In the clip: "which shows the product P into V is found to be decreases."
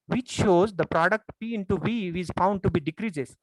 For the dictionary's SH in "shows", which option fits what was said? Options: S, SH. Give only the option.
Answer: SH